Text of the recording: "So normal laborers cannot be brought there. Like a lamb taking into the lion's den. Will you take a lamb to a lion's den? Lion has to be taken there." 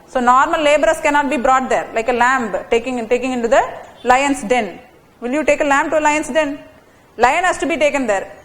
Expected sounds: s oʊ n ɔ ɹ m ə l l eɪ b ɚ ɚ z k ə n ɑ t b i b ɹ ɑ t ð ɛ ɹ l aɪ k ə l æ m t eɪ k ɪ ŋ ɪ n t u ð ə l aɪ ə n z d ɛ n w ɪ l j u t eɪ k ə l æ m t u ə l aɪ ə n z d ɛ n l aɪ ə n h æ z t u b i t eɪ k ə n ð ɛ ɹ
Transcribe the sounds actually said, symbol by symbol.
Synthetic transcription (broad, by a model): s oʊ n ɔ ɹ m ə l l eɪ b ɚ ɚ s k ə n ɑ t b i b ɹ ɑ t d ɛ ɹ l aɪ k ə l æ m t eɪ k ɪ ŋ ɪ n t u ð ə l aɪ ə n s d ɛ n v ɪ l j u t eɪ k ə l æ m t u ə l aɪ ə n s d ɛ n l aɪ ə n h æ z t u b i t eɪ k ə n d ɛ ɹ